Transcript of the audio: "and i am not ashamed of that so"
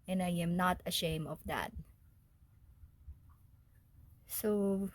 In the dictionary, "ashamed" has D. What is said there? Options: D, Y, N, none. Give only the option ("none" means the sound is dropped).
none